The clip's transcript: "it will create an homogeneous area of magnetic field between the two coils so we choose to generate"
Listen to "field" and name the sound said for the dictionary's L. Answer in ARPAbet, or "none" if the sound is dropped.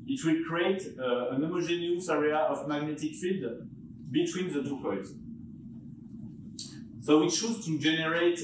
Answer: none